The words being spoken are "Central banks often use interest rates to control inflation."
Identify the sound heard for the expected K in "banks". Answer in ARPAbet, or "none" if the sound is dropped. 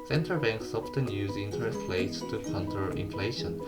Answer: K